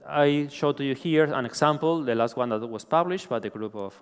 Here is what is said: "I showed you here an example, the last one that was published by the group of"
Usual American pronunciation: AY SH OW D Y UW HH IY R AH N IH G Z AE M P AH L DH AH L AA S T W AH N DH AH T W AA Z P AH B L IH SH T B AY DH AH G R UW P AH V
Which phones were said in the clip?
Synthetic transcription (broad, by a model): AY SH OW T Y UW HH IY R AH N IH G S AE M P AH L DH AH L AA S T W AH N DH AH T W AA S P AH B L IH SH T B AY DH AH G R UW P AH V